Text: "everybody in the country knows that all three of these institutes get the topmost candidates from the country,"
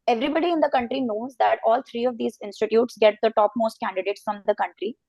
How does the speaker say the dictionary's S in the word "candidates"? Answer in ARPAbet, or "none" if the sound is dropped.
S